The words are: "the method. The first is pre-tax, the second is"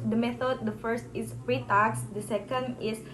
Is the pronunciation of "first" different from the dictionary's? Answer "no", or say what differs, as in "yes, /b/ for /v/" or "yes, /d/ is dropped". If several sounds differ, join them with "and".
no